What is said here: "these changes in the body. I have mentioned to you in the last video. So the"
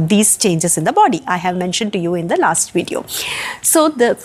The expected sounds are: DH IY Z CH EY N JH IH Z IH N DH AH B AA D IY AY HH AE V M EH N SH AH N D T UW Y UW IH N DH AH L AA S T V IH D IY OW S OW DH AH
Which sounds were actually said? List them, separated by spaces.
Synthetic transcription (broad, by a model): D IY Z CH EY N JH IH Z IH N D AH B AA D IY AY HH AE V M EH N SH AH N D T UW Y UW IH N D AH L AA S T V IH D IY OW S OW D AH